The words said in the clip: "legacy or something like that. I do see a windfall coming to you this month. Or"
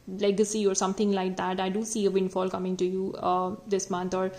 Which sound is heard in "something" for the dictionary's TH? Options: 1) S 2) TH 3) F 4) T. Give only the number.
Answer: 4